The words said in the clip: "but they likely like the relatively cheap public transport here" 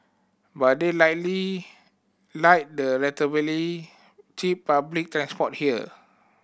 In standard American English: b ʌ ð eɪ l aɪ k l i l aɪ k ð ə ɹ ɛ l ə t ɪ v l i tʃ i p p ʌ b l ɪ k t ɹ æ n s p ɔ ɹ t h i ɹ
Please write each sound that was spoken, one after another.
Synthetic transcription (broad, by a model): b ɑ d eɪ l aɪ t l i l aɪ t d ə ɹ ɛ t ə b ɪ l i tʃ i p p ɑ b l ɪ k t ɹ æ n s p ɔ t h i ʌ